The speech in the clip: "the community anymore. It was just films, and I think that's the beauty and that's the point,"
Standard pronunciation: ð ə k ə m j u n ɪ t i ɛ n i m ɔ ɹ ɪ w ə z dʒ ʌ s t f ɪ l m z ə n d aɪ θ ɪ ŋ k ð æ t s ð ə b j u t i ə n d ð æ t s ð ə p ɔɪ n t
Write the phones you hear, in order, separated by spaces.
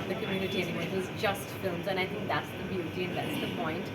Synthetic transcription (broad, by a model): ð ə k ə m j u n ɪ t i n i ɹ ɪ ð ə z dʒ ʌ s t f ɪ l m z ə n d aɪ θ ɪ ŋ k ð æ t s ð ə b j u t i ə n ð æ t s ð ə p ɔɪ n t